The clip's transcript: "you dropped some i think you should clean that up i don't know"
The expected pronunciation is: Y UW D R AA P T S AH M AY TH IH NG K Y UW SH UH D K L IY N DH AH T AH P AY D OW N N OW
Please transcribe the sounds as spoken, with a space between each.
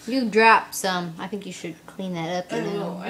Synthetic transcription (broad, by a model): Y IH D R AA P S AH M AY TH IH NG K Y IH SH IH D K L IY N DH AH T AH P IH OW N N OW